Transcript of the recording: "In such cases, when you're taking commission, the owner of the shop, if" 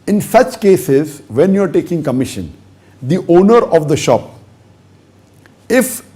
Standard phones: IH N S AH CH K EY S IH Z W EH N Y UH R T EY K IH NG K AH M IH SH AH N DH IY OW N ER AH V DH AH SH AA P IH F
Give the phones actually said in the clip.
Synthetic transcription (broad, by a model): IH N S AH CH K EY S IH Z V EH N Y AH R T EY K IH NG K AH M IH SH AH N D IY OW N ER AH V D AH SH AA P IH F